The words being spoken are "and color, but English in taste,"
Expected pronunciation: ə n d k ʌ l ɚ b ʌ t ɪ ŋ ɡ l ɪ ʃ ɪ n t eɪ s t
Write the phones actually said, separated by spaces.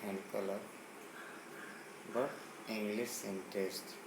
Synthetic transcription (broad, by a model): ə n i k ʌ l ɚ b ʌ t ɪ ŋ ɡ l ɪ s ɪ n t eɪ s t